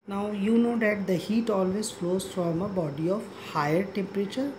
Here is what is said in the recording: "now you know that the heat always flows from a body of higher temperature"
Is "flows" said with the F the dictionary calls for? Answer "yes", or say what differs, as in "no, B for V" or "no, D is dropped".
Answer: yes